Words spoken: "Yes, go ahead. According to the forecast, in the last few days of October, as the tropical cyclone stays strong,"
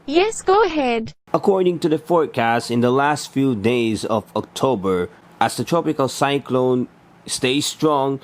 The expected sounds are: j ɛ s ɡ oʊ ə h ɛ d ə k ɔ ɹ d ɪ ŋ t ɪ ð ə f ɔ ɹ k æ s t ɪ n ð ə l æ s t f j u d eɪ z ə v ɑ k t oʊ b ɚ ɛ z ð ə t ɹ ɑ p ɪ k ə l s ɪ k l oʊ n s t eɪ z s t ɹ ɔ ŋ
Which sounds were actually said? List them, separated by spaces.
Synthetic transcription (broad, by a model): j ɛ s ɡ oʊ ə h ɛ d ə k ɔ ɹ d ɪ ŋ t ɪ ð ə f ɔ ɹ k æ s t ɪ n ð ə l æ s t f j u d eɪ z ə v ɑ k t oʊ b ɚ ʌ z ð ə t ɹ ɑ p ɪ k ə l s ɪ k l oʊ n s t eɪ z s t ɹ ɔ ŋ